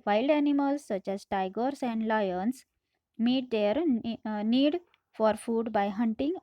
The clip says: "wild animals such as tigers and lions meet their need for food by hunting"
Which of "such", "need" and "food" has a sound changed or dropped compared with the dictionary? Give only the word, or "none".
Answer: none